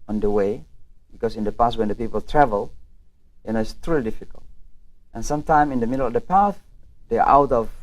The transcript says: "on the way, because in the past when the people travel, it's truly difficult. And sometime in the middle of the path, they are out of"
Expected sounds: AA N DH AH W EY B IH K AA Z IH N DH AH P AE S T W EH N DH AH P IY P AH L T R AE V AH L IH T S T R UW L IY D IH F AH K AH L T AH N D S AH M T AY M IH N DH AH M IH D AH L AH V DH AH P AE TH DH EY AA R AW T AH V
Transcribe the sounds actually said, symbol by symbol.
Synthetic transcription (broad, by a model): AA N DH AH W EY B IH K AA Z IH N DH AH P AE S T W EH N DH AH P IY P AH L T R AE V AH L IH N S T R UW L IY D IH F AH K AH L T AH N S AH M T AY M IH N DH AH M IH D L AH V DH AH P AE TH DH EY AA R AW T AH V